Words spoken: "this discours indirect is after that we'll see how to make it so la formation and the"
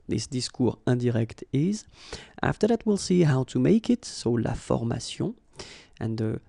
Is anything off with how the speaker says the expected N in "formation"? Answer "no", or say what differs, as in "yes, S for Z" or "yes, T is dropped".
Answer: yes, N is dropped